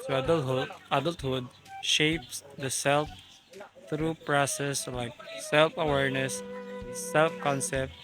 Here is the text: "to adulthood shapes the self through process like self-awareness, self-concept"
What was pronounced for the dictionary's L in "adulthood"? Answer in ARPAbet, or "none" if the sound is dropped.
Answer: L